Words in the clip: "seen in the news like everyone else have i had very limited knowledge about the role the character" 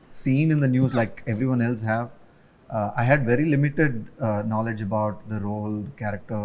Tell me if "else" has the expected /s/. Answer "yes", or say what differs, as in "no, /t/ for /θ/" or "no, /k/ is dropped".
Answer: yes